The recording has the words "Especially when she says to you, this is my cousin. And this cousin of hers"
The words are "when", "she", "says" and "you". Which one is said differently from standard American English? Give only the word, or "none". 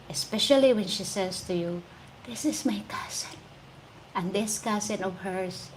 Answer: says